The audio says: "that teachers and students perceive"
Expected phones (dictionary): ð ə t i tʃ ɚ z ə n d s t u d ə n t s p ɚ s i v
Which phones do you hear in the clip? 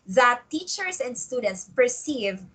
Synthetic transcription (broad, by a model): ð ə t i tʃ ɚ s ə n d s t u d ə n t s p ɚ s i v